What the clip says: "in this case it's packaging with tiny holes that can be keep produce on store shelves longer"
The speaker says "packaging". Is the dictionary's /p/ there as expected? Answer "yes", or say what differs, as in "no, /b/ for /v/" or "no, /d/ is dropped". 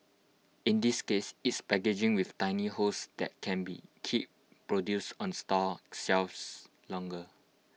no, /b/ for /p/